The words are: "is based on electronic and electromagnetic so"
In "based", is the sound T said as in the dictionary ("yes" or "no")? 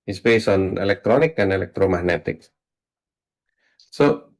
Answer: no